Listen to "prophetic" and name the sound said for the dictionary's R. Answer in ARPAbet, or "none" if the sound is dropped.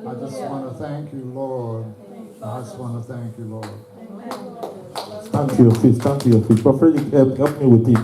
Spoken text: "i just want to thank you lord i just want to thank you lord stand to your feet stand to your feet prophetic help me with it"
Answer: none